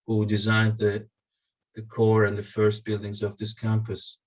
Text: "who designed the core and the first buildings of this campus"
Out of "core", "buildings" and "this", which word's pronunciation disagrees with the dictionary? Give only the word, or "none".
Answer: none